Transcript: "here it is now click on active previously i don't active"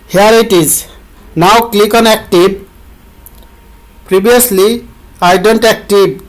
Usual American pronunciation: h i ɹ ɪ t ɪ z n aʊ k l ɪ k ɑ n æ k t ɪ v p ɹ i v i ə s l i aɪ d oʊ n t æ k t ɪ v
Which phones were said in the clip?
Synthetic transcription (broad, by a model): h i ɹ ɪ t ɪ z n aʊ k l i k ɑ n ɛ k t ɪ b p ɹ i b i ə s l i aɪ d oʊ n t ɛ k t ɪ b